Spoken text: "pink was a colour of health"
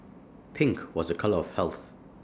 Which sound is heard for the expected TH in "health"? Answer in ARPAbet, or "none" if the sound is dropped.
TH